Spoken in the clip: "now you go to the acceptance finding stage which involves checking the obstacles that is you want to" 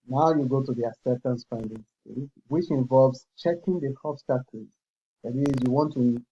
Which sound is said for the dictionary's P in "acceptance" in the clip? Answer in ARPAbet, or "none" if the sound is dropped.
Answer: none